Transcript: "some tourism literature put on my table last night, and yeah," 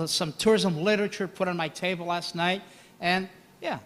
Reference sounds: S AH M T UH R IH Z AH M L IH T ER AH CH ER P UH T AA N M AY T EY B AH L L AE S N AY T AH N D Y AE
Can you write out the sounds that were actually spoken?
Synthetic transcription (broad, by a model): S AH M T UH R IH Z AH M L IH T ER AH CH ER P UH T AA N M AY T EY B L L AE S N AY T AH N Y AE